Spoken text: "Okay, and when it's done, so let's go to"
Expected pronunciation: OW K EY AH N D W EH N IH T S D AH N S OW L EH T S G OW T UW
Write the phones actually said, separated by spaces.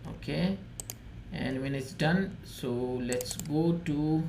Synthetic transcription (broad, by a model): OW K EY AH N D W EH N IH T S D AH N S OW L EH T S G OW T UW